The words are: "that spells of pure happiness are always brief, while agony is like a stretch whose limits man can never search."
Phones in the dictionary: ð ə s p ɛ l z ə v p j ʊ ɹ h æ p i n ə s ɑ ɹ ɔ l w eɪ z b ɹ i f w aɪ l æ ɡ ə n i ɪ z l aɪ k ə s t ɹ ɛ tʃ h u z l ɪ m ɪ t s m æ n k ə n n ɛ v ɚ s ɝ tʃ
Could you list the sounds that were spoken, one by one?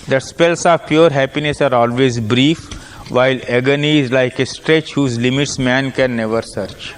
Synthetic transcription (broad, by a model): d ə s p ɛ l s ə v p j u ɹ h æ p i n ə s ɑ ɹ ɔ l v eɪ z b ɹ i f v aɪ l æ ɡ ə n i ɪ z l aɪ k ə s t ɹ ɛ tʃ h u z l ɪ m ɪ t s m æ n k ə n n ɛ v ɚ s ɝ tʃ